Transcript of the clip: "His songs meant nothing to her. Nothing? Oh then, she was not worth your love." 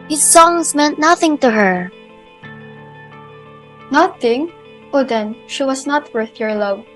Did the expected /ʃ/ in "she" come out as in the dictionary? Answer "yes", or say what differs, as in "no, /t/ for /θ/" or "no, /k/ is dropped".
yes